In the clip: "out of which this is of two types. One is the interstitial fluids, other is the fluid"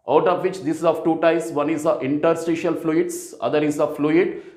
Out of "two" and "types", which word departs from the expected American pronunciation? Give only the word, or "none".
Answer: types